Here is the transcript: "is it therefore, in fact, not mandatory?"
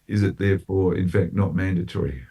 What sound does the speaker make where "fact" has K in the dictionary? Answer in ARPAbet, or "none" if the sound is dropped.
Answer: K